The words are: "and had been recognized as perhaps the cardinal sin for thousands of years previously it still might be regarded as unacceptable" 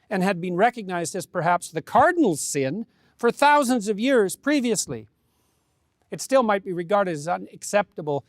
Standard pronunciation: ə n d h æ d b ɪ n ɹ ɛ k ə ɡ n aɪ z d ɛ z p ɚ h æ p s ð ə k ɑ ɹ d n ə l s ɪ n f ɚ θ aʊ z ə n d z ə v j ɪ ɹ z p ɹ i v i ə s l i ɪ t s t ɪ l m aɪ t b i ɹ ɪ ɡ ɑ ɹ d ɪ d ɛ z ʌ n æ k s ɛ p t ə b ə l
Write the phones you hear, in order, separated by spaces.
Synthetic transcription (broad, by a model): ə n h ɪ d b ɪ n ɹ ɛ k ə ɡ n aɪ z d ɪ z p ɚ h æ p s ð ə k ɑ ɹ d n l s ɪ n f ɚ θ aʊ z ə n d z ə v j ɪ ɹ z p ɹ i v i ə s l i ɪ t s t ɪ l m aɪ t b i ɹ ɪ ɡ ɑ ɹ d ɪ d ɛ z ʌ n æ k s ɛ p t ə b l